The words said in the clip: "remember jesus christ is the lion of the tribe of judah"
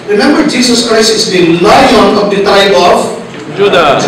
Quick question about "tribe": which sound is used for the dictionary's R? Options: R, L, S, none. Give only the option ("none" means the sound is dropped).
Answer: none